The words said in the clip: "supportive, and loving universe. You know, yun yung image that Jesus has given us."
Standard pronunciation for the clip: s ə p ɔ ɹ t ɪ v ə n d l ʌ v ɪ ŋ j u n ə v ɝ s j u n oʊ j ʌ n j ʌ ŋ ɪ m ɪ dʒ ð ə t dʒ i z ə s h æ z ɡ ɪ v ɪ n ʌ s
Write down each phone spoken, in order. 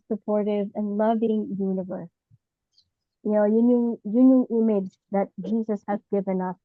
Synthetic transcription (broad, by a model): s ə p ɔ ɹ t ɪ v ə n l ʌ v ɪ ŋ j u n ə v ɝ s j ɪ n oʊ j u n j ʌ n ɪ m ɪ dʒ ð ə t dʒ i z ə s h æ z ɡ ɪ v ɪ n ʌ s